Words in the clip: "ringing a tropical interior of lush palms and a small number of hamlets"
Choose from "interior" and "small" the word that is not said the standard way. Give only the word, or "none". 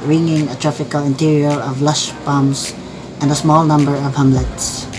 none